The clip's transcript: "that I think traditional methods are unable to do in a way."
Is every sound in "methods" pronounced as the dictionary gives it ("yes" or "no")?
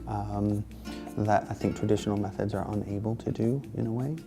yes